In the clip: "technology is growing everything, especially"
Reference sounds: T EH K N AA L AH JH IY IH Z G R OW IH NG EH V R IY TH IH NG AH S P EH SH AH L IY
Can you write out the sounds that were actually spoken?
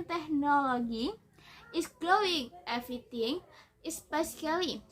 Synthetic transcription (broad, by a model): T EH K N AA L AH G IY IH S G L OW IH NG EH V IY T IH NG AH S P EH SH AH L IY